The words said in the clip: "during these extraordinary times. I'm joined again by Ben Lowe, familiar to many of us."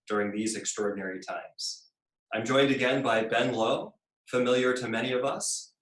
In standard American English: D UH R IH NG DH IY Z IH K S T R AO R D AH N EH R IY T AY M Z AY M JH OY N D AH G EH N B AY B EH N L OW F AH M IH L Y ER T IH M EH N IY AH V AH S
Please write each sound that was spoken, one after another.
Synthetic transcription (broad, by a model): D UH R IH NG DH IY Z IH K S T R AO R D N EH R IY T AY M Z AY M JH OY N D AH G EH N B AY B EH N L OW F AH M IH L Y ER T IH M EH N IY AH V AH S